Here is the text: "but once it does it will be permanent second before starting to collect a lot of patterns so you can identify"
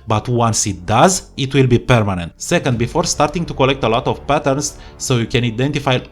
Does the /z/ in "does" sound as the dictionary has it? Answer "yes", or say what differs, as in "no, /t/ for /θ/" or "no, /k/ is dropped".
yes